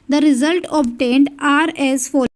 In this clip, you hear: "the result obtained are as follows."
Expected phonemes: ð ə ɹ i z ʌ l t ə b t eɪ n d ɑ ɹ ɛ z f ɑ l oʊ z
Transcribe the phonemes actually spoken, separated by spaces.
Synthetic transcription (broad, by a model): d ə ɹ i z ʌ l t ə b t eɪ n d ɑ ɹ ɛ z f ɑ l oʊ